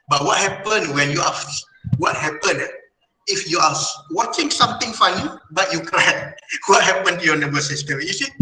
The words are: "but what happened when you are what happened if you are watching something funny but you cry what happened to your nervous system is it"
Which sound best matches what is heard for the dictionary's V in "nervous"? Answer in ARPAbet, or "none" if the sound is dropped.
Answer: B